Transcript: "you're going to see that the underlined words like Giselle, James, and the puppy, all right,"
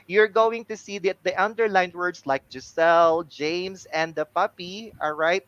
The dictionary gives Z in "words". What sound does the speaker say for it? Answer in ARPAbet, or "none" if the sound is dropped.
S